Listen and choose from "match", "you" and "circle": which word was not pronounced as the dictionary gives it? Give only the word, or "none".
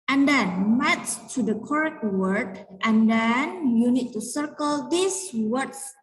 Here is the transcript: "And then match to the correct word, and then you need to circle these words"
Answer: match